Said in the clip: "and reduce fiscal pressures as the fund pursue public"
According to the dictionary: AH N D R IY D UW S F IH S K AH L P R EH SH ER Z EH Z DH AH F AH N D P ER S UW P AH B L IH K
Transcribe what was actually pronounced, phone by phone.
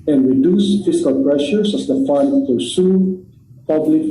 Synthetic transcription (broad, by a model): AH N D R IY D UW S F IH S K AH L P R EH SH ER S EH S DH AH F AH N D P ER S UW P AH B L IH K